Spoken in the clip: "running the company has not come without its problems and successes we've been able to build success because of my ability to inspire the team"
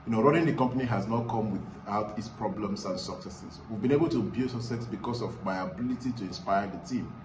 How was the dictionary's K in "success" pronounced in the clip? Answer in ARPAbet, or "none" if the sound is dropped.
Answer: none